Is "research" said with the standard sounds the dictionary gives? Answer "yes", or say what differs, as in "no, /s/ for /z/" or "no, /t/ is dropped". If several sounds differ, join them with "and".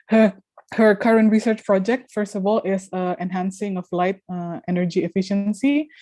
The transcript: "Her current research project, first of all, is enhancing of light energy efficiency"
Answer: yes